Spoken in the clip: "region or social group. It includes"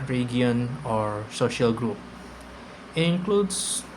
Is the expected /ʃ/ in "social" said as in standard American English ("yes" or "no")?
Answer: yes